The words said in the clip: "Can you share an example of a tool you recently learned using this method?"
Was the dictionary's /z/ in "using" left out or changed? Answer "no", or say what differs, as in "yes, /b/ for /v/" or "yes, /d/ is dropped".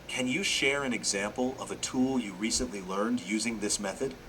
no